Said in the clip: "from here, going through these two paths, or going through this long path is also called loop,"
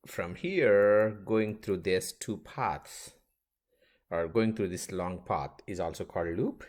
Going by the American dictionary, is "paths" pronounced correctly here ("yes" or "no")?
no